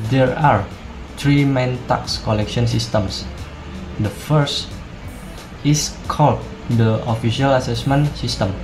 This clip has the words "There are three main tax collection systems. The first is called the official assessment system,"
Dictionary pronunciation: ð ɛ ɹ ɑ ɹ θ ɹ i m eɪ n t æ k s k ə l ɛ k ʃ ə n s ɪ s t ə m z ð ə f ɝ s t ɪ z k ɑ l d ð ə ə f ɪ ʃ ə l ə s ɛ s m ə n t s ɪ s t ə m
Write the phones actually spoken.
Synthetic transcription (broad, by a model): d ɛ ɹ ɑ ɹ t ɹ i m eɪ n t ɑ k s k ə l ɛ k ʃ ə n s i s t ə m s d ə f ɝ s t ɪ s k ɑ l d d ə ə f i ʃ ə l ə s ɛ s m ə n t s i s t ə m